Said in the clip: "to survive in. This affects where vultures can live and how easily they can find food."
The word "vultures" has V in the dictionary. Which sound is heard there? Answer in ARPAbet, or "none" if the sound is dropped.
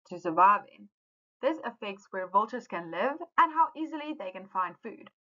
V